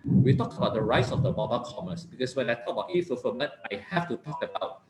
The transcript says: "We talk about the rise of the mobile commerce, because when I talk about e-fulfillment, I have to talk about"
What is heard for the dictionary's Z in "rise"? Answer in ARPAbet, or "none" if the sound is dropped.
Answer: S